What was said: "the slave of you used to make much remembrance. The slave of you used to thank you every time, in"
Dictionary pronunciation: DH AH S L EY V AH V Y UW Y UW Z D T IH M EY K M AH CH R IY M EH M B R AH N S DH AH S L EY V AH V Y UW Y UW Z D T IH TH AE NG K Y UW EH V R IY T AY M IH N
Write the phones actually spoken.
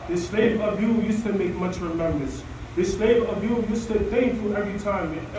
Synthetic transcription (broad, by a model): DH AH S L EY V AH V Y UW Y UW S T IH M EY K M AH CH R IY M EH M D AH S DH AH S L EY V AH V Y UW Y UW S T IH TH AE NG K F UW EH V R IY T AY M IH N